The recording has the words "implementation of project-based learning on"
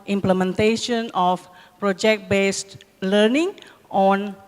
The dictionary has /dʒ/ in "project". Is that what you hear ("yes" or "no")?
yes